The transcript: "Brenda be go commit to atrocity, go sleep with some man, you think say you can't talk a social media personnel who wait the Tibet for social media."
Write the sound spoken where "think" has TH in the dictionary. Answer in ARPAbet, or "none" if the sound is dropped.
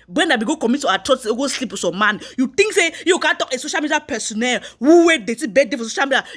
T